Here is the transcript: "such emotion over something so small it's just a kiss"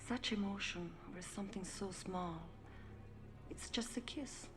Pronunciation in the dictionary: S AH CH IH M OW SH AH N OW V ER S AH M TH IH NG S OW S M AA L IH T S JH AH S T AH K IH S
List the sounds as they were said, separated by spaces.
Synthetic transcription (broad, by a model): S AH CH IH M OW SH AH N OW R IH S AH M TH IH NG S OW S M AA L IH T S JH AH S T AH K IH S